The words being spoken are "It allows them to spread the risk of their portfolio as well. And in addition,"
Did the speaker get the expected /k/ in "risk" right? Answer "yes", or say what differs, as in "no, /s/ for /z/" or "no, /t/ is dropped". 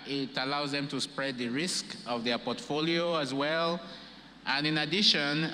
yes